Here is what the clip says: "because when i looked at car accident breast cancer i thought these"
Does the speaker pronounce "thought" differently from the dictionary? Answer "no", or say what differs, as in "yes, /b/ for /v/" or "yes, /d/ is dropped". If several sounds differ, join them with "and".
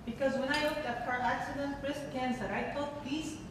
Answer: yes, /t/ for /θ/